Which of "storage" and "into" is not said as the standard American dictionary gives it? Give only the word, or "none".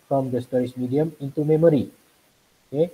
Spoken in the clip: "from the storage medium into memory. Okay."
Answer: storage